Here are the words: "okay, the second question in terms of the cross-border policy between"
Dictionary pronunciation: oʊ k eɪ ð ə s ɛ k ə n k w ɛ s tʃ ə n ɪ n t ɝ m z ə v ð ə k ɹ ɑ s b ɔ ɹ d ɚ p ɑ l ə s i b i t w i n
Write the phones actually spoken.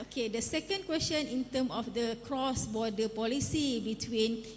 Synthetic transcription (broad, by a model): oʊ k eɪ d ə s ɛ k ə n k w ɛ s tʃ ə n ɪ n t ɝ m ə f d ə k ɹ ɑ s b ɔ d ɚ p ɑ l ə s i b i t w i n